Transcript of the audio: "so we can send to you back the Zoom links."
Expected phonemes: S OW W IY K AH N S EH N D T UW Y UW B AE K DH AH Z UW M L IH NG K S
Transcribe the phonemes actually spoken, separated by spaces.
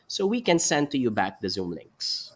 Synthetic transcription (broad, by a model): S OW W IY K AH N S EH N D T UW Y UW B AE K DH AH Z UW M L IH NG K S